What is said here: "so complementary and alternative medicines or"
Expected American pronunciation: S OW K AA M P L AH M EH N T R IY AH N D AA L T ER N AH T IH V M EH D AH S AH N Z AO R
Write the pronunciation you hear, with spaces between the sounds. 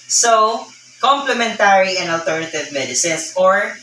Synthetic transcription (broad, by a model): S OW K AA M P L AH M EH N T R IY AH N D AA L T ER N AH T IH V M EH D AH S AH N S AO R